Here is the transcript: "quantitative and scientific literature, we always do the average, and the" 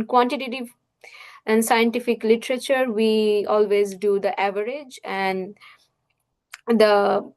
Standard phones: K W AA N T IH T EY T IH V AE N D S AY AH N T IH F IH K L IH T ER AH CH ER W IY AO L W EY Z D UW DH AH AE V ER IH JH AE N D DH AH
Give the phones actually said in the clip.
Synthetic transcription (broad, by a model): K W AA N T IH T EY T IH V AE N D S AY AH N T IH F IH K L IH T ER AH CH ER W IY AO L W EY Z D UW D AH AE V ER IH JH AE N D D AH